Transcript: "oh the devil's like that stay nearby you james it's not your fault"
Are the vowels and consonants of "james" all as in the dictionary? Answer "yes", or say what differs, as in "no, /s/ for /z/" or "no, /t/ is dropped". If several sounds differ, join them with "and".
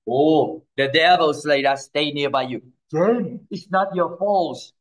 no, /z/ is dropped